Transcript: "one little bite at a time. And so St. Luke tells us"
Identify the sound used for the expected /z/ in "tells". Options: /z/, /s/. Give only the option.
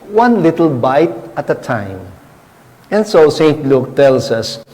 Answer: /s/